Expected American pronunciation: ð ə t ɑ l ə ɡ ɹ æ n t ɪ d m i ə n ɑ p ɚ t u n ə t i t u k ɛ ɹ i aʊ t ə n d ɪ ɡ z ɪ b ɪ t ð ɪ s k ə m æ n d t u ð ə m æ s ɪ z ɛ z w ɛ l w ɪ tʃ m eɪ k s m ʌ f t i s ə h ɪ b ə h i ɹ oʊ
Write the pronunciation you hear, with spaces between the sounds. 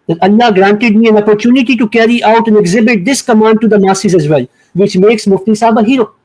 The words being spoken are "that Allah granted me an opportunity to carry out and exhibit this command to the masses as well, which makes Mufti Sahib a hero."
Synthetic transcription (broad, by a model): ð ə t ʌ l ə ɡ ɹ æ n t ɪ d m i ə n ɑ p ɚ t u n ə t i t u k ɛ ɹ i aʊ t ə n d ɪ ɡ z ɪ b ɪ t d ɪ s k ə m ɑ n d t u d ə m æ s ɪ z ɛ z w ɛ l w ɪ tʃ m eɪ k s m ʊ f t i s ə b ə h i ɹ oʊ